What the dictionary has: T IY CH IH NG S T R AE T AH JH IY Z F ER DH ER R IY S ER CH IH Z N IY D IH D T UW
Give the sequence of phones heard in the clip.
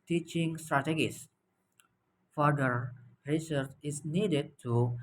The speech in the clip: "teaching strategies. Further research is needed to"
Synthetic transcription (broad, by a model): T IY CH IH NG S T R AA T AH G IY S F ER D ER R IY S ER CH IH S N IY D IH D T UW